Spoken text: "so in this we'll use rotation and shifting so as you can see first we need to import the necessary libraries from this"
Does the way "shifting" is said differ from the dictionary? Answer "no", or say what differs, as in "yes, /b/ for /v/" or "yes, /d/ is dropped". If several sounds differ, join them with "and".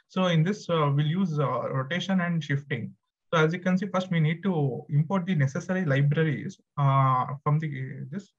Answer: no